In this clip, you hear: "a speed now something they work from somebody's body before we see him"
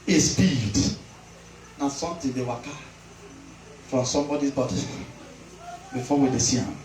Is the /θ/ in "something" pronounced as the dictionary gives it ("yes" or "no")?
no